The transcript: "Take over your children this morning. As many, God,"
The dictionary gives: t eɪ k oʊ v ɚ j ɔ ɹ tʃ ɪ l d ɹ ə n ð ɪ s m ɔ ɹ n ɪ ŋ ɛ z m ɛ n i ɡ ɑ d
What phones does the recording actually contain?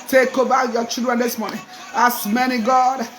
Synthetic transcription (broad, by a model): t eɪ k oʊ b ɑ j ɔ tʃ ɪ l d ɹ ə n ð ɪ s m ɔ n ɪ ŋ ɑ s m ɛ n i ɡ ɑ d